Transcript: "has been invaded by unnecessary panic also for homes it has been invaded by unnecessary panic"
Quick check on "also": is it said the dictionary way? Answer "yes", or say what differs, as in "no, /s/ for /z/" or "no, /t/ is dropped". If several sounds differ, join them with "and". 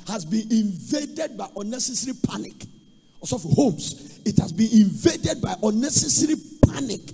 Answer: no, /l/ is dropped